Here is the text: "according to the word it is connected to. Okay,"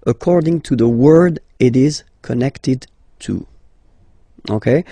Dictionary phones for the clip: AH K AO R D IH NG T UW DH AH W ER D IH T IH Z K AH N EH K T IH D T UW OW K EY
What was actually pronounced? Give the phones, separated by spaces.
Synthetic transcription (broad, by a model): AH K AO R D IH NG T UW DH AH W ER D IH T IH Z K AH N EH K T IH D T UW OW K EY